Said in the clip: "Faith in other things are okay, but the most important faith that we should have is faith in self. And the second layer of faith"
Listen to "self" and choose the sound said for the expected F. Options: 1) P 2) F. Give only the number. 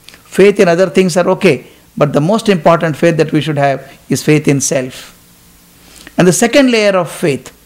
2